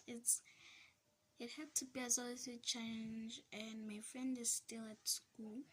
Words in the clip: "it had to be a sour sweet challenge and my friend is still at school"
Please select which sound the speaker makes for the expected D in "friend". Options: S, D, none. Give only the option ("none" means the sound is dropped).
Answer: D